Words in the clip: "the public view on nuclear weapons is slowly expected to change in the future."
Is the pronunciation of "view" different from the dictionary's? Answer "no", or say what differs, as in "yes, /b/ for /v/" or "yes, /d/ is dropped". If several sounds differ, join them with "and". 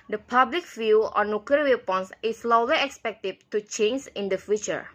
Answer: yes, /f/ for /v/